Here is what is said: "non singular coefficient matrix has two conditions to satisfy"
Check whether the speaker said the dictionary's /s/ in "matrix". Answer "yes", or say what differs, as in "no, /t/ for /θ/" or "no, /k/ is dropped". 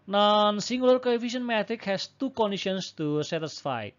no, /s/ is dropped